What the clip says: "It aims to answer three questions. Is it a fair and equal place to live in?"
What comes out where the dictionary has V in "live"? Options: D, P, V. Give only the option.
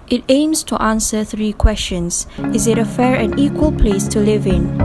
V